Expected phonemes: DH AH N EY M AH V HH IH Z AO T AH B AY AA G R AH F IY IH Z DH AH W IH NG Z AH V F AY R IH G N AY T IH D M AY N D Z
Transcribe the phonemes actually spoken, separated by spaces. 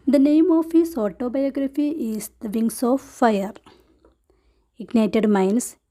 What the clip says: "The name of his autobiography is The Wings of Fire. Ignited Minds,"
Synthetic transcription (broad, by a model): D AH N EY M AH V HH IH S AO T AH B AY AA G R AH F IY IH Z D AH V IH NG S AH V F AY R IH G N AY T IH D M AY N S